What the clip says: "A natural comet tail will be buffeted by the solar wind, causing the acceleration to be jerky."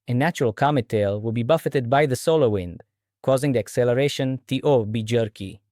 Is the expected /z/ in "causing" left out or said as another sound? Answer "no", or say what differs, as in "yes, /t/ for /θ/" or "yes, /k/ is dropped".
no